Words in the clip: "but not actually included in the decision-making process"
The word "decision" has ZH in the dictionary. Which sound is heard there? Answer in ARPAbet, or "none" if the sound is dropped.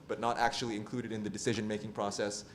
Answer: ZH